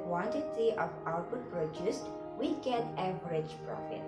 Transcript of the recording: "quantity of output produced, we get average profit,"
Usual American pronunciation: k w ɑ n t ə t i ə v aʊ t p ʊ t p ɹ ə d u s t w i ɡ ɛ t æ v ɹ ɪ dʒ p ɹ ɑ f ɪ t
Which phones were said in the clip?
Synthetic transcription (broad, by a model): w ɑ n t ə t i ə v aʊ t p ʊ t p ɹ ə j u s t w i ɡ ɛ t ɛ b ɹ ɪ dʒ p ɹ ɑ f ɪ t